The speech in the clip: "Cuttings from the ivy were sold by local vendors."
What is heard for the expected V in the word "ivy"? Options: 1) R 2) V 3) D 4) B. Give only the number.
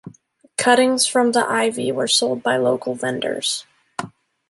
2